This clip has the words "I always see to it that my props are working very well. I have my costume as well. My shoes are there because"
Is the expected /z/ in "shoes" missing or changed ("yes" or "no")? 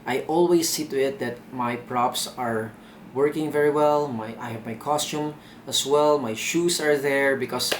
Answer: yes